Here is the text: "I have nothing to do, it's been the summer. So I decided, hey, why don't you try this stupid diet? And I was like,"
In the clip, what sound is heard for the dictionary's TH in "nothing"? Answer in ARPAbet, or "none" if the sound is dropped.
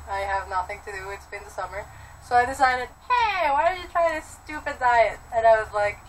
TH